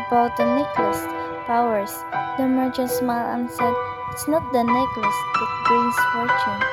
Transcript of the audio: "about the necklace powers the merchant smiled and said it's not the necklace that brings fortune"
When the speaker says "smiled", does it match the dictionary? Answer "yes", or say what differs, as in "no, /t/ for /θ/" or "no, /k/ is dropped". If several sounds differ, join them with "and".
no, /d/ is dropped